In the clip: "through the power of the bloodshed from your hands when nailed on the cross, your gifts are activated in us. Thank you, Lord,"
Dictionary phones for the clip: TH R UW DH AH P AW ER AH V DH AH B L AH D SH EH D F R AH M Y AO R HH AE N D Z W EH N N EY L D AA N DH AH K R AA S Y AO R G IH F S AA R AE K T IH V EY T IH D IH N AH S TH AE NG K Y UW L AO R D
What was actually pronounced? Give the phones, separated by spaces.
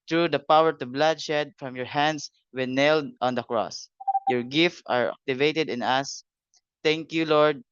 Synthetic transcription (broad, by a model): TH R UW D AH P AW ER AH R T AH B L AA D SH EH D F R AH M Y AO R HH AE N D S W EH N N EY L D AA N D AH K R AA S Y AO R G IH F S AA R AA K T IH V EY T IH D IH N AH S T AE NG K Y UW L AO R D